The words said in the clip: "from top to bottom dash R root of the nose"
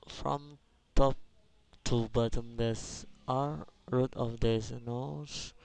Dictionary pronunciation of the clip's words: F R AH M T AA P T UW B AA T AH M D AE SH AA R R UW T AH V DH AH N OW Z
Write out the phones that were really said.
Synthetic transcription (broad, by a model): F R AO M T AA P T UW B AA T AH M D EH S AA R R UW T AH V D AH N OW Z